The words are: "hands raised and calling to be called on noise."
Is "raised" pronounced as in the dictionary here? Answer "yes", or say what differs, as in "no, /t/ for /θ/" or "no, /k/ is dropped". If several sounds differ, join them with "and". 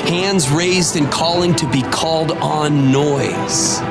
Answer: yes